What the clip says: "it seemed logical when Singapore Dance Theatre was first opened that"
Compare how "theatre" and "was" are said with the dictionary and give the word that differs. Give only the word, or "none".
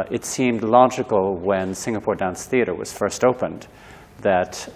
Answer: none